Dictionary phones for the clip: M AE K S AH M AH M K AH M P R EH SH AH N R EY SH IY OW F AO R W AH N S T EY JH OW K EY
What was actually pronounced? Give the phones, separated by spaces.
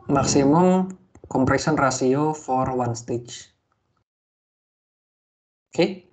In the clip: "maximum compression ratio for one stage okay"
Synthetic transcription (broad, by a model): M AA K S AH M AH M K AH M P R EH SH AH N R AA S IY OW F AO R W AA N S T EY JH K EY